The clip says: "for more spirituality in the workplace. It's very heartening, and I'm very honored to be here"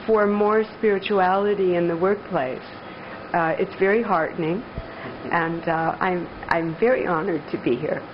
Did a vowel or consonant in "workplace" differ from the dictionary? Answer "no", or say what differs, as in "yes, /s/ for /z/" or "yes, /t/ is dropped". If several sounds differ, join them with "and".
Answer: no